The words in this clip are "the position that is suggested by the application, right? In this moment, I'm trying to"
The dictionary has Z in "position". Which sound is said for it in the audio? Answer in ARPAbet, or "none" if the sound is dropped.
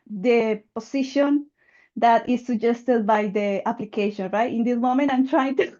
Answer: S